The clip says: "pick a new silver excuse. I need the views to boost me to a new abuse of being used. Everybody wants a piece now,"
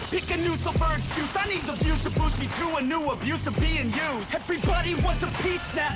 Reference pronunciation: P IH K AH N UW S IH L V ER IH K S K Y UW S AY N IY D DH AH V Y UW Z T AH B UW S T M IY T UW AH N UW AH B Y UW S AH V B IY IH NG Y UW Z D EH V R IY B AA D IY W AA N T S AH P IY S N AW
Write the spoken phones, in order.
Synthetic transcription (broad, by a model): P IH K AH N UW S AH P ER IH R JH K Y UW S AY N IY D DH AH B Y UW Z T AH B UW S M IY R UW AH N UW AH B Y UW S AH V B IY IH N Y UW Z EH V R IY B AA D IY W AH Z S AH P IY S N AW